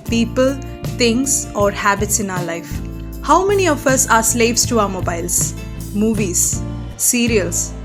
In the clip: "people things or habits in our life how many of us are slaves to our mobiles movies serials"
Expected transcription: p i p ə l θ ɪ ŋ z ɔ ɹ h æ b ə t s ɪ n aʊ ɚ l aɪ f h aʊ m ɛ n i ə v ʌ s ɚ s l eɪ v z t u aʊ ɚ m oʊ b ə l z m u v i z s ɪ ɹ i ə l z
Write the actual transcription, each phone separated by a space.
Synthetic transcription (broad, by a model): p i p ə l t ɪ ŋ s ɔ ɹ h æ b ə t s ɪ n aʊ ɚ l aɪ f h aʊ m ɛ n i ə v ʌ s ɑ s l eɪ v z t u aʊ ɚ m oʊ b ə l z m u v i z s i ɹ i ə l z